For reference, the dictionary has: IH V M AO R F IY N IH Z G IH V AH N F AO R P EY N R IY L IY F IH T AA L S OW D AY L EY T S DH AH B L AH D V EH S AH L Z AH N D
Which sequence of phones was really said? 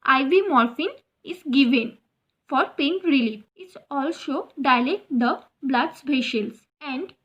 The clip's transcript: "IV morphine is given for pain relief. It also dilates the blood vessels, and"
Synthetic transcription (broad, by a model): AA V M AO R F IY N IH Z G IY V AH N F AO R P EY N R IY L IY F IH T AA L S OW D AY L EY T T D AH B L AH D B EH SH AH L S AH N D